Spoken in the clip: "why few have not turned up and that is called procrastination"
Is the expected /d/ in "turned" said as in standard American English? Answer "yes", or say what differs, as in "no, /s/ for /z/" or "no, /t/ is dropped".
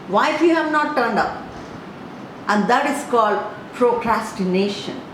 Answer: yes